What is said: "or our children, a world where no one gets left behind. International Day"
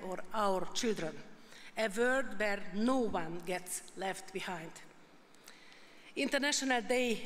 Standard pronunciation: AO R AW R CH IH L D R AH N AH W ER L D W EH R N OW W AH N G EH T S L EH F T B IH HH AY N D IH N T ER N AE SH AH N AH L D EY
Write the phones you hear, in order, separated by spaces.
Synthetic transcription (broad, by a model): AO R AW R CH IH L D R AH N AH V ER D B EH R N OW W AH N G EH T S L EH F T B IH HH AY N D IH N T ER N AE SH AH N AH L D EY